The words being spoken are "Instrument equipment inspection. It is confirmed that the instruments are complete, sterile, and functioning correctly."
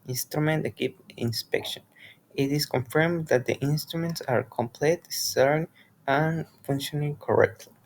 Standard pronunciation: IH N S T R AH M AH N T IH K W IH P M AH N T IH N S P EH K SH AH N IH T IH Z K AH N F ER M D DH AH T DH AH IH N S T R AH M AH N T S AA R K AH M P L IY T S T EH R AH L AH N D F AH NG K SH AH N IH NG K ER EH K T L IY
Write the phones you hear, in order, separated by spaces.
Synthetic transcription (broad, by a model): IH N S T R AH M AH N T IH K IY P AH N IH N S P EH K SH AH N IH T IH S K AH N F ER M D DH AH T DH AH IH N S T R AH M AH N T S AA R K AH M P L IY T S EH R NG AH N F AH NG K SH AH N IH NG K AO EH K T L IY